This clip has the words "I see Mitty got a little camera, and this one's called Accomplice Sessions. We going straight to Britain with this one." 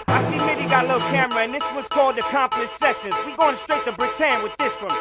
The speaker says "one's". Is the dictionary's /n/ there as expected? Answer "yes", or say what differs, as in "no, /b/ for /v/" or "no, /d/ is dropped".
no, /n/ is dropped